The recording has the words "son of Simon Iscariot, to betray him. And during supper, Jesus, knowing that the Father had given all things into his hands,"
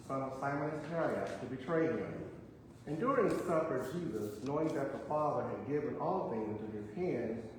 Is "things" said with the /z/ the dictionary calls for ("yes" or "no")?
no